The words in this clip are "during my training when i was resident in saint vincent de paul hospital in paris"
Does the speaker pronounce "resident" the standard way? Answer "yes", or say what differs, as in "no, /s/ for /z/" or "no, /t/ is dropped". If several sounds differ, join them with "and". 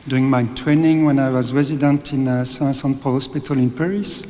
yes